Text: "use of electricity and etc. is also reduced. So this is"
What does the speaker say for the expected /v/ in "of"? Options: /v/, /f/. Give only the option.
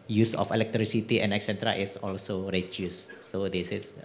/f/